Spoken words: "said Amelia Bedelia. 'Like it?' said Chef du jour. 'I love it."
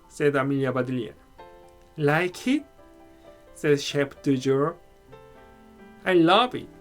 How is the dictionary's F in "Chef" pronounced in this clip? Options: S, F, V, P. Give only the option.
P